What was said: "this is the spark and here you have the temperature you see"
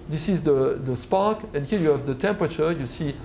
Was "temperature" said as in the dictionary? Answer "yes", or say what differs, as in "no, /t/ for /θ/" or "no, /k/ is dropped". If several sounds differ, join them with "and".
yes